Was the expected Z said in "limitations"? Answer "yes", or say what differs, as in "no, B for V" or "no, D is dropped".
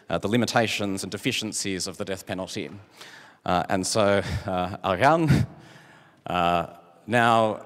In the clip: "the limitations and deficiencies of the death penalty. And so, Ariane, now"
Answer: yes